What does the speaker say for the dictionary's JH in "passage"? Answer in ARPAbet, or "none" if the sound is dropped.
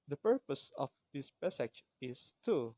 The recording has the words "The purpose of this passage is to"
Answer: CH